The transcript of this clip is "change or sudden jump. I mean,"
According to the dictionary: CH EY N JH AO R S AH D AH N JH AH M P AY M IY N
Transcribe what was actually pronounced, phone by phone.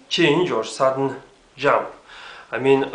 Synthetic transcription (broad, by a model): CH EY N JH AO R S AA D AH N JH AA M AY M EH N